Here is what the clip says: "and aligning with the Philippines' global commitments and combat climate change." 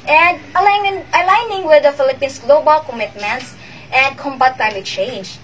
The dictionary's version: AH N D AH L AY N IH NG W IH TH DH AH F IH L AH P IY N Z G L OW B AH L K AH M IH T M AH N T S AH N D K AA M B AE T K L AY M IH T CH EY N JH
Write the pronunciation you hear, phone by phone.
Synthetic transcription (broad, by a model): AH N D AH L AY N IH NG W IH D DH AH F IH L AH P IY N S G L OW B AH L K AH M IH T M AH N T S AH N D K AA M B AE T K L AY M IH T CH EY N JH